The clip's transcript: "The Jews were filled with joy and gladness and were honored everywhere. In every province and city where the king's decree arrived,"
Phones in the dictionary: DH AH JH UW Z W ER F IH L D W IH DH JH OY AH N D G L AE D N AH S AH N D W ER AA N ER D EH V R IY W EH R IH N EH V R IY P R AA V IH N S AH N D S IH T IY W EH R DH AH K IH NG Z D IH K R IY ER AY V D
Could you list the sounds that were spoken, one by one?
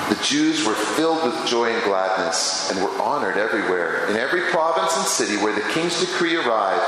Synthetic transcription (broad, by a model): DH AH JH UW Z W ER F IH L D W IH DH JH OY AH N G L AE D N AH S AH N W ER AA N ER D EH V R IY W EH R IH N EH V R IY P R AA V IH N S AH N S IH T IY W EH R DH AH K IH NG Z D IH K R IY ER AY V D